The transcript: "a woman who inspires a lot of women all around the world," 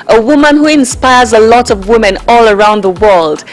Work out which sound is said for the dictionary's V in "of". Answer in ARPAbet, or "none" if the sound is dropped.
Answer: V